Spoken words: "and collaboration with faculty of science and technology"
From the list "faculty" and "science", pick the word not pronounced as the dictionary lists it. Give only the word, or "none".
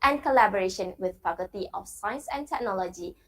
faculty